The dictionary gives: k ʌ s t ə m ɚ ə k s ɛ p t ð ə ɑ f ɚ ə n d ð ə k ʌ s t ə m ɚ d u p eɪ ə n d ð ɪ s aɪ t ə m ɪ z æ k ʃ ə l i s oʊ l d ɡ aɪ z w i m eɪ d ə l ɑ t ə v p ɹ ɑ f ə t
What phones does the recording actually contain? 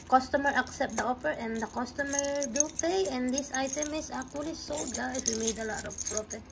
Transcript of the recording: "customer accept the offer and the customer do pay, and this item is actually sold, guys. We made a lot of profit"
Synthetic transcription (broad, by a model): k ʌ s t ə m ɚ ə k s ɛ p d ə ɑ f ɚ ə n d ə k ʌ s t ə m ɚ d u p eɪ ə n d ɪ s aɪ t ə m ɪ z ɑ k ə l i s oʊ d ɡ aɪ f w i m eɪ d ə l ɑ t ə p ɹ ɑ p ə